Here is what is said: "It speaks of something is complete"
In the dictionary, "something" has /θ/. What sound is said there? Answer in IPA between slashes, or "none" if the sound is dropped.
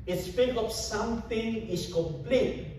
/t/